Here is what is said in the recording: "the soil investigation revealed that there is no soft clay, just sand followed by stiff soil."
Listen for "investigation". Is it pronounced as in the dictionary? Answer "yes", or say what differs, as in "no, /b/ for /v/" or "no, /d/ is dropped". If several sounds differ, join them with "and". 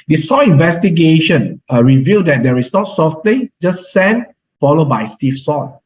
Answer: yes